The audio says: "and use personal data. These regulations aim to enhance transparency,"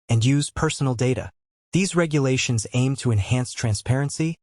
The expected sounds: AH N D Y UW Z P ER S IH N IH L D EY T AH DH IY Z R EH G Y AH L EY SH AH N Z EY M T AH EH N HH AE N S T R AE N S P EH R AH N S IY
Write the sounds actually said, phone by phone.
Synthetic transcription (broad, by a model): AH N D Y UW Z P ER S N L D EY T AH DH IY Z R EH G Y AH L EY SH AH N Z EY M T AH EH N HH AE N S T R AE N S P EH R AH N S IY